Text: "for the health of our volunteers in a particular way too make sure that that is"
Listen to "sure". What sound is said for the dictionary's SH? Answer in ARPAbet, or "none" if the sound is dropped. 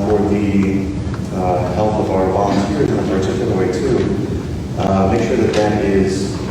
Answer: SH